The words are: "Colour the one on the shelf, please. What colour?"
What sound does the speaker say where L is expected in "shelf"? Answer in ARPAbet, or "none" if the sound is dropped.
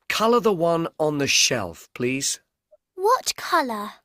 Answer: L